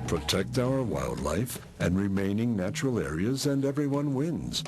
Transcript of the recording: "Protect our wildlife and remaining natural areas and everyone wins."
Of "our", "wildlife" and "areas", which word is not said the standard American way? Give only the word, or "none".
none